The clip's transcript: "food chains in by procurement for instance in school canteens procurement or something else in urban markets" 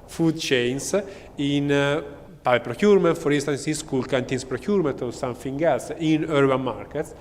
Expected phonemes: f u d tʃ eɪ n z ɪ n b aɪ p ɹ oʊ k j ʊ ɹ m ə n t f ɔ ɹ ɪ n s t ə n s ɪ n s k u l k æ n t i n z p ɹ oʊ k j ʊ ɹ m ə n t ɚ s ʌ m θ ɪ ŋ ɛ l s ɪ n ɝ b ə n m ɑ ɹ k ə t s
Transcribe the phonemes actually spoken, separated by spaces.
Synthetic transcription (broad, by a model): f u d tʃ eɪ n s ɪ n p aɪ p ɹ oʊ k j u ɹ m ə n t f ɔ ɹ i n s t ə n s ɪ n s k u l k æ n t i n s p ɹ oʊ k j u ɹ m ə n t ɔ s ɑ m f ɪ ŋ ɛ l s ɪ n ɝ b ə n m ɑ ɹ k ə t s